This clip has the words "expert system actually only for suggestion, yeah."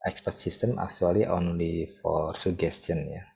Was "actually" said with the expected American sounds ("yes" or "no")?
no